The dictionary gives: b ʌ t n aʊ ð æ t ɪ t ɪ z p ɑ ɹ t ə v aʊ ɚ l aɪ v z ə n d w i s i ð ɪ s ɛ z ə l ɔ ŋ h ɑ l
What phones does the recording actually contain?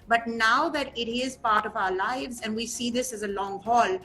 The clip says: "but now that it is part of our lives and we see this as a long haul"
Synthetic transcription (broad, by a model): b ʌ t n aʊ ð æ t ɪ t ɪ z p ɑ ɹ t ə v aʊ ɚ l aɪ v z ə n d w i s i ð ɪ s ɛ z ə l ɔ ŋ h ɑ l